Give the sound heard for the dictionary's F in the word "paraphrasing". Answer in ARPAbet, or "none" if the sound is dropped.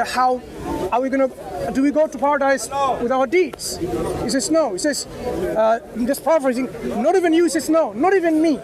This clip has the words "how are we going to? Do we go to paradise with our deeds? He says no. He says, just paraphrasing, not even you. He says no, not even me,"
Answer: none